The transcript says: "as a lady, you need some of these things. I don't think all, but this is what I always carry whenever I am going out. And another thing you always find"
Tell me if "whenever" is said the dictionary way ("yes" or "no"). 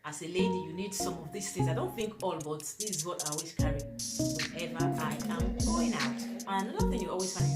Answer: no